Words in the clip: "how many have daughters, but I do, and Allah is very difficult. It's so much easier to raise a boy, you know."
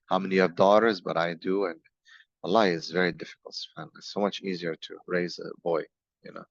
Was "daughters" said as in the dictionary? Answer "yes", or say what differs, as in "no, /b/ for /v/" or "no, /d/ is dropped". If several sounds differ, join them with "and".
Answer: yes